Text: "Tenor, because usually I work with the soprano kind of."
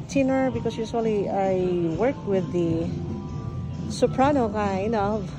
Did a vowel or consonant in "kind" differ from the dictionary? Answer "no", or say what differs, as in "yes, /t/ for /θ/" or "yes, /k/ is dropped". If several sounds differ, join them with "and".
yes, /d/ is dropped